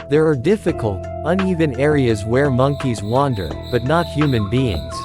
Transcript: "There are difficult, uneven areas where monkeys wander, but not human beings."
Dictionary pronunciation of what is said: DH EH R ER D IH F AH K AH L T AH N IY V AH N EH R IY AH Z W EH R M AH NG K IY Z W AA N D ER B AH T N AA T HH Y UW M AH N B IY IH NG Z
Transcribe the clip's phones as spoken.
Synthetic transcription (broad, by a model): DH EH R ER D IH F AH K AH L T AH N IY V AH N EH R IY AH Z W EH R M AH NG K IY Z W AA N D ER B AH T N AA T HH Y UW M AH N B IY IH NG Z